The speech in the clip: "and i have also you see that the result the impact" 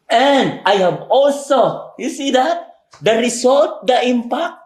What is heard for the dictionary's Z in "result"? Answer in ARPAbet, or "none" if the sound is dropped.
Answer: S